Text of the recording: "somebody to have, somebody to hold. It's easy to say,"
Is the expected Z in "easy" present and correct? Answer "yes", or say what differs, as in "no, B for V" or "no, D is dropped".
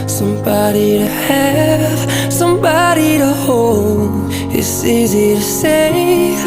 yes